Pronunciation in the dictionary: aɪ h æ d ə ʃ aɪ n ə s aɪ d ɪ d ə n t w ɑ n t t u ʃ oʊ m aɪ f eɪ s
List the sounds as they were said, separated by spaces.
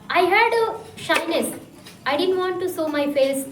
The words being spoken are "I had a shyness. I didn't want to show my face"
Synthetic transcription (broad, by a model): aɪ h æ d ə ʃ aɪ n ə s aɪ d ɪ d ə n t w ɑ n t t u s oʊ m aɪ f eɪ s